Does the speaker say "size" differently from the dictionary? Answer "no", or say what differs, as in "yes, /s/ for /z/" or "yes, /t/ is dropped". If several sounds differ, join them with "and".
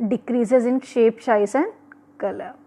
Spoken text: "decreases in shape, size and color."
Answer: yes, /ʃ/ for /s/ and /s/ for /z/